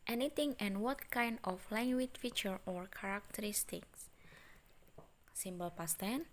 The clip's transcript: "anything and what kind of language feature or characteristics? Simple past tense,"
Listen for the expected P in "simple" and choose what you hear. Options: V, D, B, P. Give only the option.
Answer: B